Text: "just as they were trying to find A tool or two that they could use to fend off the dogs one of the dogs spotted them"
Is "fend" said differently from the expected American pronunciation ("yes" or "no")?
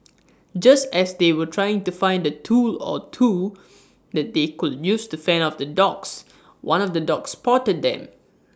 yes